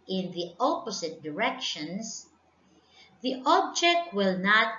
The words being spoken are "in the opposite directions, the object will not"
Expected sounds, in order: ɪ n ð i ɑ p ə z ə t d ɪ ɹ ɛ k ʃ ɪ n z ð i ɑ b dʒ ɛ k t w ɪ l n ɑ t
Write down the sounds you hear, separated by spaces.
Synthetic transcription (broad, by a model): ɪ n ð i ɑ p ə s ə t d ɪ ɹ ɛ k ʃ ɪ n s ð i ɑ b dʒ ɛ k t w ɪ l n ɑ t